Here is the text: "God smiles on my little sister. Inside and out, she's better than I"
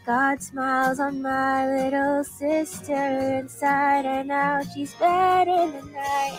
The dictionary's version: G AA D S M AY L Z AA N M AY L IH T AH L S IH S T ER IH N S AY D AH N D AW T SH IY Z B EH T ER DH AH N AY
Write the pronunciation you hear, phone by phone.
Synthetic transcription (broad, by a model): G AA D S M AY L Z N M AY L IH T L L S IH S T ER IH N S AY D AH N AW SH IY Z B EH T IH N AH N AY